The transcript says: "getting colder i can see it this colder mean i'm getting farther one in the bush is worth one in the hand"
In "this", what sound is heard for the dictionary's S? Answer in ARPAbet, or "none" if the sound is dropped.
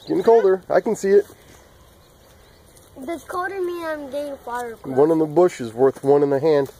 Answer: none